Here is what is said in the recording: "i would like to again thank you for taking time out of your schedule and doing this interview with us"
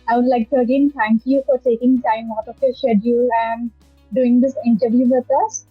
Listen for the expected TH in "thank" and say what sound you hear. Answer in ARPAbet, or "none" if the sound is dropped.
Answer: T